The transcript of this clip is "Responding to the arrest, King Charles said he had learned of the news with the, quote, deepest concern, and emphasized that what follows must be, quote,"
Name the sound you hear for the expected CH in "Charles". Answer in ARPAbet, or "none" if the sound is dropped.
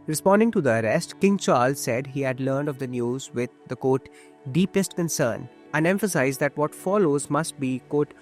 CH